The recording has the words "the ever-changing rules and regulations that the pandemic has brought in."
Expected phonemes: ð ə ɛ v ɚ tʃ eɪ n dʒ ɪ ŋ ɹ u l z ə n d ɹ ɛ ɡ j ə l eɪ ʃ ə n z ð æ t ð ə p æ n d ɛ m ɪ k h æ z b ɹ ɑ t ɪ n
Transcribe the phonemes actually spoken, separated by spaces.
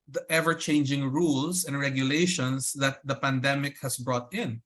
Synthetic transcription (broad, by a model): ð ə ɛ v ɚ tʃ eɪ n dʒ ɪ ŋ ɹ u l s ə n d ɹ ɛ ɡ j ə l eɪ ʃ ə n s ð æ t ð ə p æ n d ɛ m ɪ k h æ s b ɹ ɑ t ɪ n